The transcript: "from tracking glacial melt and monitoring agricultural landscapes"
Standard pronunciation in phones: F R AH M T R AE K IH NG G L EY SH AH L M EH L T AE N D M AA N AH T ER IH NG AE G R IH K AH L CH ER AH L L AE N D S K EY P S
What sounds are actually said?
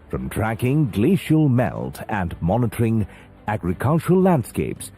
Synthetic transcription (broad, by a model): F R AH M T R AE K IH NG G L EY SH AH L M EH L T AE N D M AA N AH T ER IH NG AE G R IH K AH L CH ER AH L L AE N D S K EY P S